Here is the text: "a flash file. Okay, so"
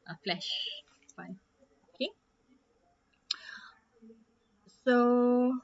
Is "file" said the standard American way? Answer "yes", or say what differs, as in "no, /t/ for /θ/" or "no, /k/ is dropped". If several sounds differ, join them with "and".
no, /n/ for /l/